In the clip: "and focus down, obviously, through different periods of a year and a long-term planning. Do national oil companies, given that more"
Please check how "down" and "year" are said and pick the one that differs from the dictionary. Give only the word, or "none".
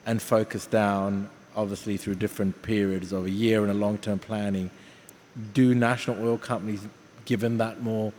none